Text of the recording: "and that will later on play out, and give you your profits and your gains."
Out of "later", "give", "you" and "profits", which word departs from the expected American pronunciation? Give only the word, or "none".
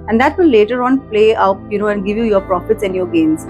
none